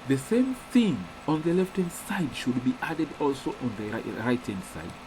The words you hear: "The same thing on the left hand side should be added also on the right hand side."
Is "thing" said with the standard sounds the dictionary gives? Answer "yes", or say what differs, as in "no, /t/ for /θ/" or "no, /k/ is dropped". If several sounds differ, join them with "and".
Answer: yes